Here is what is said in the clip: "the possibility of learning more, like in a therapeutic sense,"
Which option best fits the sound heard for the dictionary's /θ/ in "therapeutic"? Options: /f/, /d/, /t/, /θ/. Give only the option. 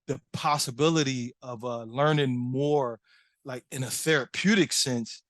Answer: /θ/